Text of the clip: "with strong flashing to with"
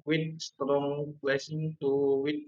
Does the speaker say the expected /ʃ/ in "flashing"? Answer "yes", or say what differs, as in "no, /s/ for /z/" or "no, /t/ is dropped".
no, /s/ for /ʃ/